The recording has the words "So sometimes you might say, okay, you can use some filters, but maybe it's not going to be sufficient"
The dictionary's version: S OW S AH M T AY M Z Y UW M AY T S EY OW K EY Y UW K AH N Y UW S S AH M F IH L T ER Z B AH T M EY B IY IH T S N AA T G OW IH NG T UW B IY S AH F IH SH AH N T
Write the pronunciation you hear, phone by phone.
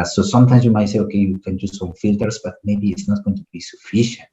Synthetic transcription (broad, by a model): S OW S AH M T AY M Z Y UW M AY T S EY OW K EY Y UW K AH N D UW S S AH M F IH L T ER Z B AH T M EY B IY IH T S N AA T G OW IH NG T UW B IY S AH F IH SH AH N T